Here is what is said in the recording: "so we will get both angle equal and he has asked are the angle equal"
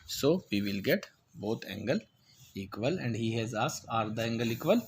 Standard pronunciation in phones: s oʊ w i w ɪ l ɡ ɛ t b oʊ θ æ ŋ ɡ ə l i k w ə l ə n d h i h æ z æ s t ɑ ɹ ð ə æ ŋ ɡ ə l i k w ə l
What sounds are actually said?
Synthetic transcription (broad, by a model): s oʊ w i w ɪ l ɡ ɛ t b oʊ t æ ŋ ɡ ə l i k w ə l ə n d h i h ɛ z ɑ s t ɑ ɹ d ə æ ŋ ɡ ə l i k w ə l